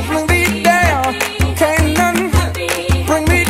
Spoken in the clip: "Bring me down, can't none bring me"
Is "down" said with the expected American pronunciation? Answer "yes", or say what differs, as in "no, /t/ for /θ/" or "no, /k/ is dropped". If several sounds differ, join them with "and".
no, /l/ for /n/